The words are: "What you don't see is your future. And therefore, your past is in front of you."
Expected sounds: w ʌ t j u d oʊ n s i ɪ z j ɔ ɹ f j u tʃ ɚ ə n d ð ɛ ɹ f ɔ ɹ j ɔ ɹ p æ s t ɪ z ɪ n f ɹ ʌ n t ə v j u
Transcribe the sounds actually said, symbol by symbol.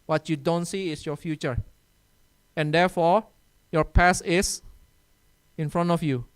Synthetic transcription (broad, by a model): w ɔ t j u d oʊ n s i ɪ s j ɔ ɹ f j u tʃ ɚ ə n d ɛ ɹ f ɔ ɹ j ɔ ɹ p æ s ɪ s ɪ n f ɹ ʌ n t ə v j u